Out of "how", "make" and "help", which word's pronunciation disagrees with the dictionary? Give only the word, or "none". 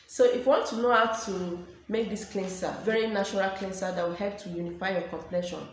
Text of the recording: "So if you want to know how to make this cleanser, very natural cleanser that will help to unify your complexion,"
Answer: none